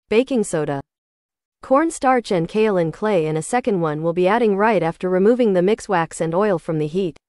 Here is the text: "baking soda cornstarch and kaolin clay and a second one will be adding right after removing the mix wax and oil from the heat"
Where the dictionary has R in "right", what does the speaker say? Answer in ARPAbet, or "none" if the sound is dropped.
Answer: R